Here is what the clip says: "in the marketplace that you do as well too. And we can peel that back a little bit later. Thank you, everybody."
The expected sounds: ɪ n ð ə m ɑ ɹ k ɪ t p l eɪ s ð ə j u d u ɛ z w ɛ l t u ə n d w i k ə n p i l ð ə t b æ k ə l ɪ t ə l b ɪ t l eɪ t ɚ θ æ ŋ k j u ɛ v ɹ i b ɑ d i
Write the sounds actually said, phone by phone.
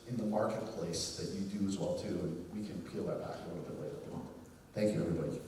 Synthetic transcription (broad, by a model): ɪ n ð ə m ɑ ɹ k ɪ t p l eɪ s ð ə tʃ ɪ d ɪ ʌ z w ɛ l t u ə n w i k ə n p i l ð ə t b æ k ə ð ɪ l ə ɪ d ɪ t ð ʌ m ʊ θ æ ŋ k j u ɛ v ɹ i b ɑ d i